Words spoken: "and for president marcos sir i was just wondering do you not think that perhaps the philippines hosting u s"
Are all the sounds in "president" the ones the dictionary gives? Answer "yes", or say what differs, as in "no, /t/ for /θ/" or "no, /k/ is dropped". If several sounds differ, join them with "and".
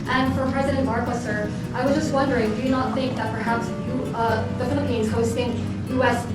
yes